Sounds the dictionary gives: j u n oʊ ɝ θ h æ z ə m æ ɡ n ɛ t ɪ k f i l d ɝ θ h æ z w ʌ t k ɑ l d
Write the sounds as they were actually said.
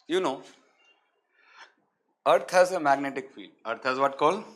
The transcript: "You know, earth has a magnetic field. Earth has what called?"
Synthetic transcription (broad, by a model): j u n oʊ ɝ t h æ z ə m æ ɡ n ɛ t ɪ k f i d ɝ t h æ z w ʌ t k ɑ l